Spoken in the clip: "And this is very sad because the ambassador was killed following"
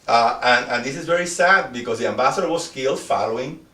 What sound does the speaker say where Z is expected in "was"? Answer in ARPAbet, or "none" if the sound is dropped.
S